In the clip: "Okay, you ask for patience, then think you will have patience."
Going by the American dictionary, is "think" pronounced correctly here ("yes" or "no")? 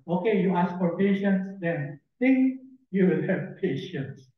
no